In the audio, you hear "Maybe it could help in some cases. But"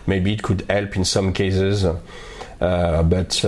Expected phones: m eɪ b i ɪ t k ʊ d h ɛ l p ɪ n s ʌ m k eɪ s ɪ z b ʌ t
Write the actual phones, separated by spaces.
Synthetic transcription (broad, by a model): m eɪ b i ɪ t k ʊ d h ɛ l p ɪ n s ʌ m k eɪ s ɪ z b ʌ t